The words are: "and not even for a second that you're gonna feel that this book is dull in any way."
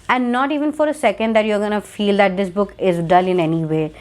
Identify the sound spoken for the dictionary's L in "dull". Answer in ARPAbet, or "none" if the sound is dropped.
L